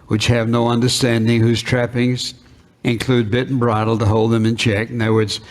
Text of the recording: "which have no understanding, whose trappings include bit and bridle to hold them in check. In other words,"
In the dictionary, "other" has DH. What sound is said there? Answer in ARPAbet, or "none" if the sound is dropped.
none